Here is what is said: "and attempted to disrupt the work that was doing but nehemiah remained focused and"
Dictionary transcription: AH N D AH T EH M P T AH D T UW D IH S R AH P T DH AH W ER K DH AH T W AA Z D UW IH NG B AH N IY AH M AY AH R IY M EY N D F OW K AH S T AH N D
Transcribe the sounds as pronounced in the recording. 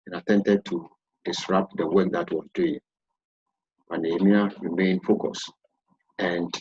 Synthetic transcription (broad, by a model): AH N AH T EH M T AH D T UW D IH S R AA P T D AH W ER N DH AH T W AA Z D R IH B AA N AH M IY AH R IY M EY N F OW K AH S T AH N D